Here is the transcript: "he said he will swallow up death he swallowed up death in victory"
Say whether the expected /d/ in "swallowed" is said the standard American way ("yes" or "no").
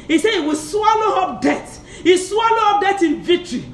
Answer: no